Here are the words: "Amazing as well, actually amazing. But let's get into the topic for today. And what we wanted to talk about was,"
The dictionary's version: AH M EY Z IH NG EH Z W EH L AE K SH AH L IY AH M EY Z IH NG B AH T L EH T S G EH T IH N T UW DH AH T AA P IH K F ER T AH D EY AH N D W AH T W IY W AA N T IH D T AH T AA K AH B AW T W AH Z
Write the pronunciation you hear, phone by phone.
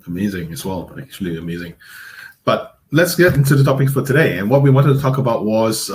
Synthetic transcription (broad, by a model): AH M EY Z IH NG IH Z W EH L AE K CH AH L IY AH M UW Z IH NG B AH T L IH T S G EH T IH N T UW DH AH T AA P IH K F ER T AH D EY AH N W AH T W IY W AA N T IH D T AH T AA K AH B AW T W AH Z